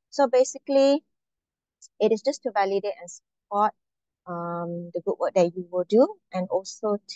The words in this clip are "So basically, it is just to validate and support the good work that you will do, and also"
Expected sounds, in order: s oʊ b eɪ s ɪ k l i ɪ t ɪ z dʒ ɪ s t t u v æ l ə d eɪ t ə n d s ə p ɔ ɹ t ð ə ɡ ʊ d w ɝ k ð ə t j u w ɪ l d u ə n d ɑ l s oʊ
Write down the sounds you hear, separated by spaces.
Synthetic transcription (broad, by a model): s oʊ b eɪ s ɪ k l i ɪ t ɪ s dʒ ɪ s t t u v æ l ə d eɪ t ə n s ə p ɔ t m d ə ɡ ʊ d w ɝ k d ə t j u w ɪ l d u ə n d ɑ l s oʊ